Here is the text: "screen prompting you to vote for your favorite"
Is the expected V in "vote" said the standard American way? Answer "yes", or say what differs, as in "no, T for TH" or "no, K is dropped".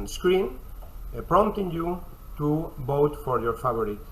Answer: no, B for V